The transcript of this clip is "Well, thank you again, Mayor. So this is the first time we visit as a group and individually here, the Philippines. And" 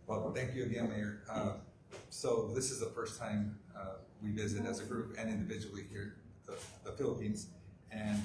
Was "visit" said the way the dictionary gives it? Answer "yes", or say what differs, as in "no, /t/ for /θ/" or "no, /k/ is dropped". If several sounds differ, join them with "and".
yes